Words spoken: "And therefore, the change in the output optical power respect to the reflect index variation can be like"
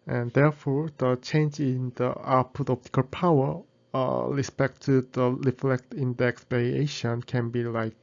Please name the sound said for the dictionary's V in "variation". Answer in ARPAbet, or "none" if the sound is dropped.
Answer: P